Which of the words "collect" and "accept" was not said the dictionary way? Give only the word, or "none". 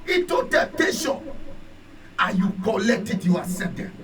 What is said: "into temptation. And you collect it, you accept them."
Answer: accept